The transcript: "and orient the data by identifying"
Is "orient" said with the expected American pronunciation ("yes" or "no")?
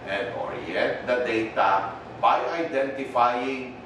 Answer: no